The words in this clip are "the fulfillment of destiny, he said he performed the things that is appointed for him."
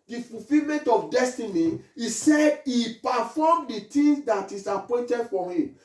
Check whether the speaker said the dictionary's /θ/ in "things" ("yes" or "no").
no